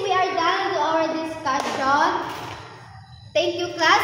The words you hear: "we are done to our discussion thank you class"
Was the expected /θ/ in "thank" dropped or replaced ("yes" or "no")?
yes